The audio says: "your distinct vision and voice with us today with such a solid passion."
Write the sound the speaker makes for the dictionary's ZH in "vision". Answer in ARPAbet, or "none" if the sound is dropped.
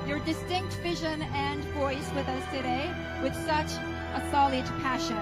ZH